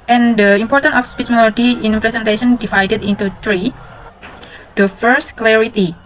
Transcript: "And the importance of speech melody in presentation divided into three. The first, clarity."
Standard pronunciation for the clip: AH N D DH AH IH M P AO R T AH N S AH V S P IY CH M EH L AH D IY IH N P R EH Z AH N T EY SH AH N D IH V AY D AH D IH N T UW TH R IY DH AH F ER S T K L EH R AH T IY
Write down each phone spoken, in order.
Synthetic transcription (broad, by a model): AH N D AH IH M P AO R T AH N AH F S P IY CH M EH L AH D IY IH N P R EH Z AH N T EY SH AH N D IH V AY D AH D IH N T UW T R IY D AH F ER S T K L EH R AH T IY